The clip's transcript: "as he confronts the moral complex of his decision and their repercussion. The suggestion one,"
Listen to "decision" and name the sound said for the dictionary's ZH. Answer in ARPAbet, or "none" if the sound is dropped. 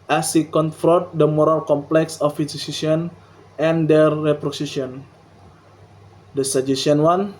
S